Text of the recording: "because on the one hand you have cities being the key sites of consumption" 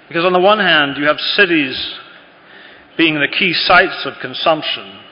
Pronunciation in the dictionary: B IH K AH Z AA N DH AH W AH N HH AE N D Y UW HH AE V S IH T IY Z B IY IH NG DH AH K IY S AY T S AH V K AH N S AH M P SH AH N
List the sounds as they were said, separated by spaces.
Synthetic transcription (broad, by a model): B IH K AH Z N DH AH W AH N HH AE N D Y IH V S IH T IY Z B IY IH NG DH AH K IY S AY T S AH V K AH N S AH M P SH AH N